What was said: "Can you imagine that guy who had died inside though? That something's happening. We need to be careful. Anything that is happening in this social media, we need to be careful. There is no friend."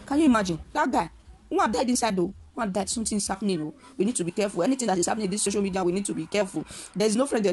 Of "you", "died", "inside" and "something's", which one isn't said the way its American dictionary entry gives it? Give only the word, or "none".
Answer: something's